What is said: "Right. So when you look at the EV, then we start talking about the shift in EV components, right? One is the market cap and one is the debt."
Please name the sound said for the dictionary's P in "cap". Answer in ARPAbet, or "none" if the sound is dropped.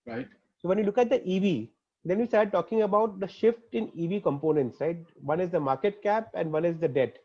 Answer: P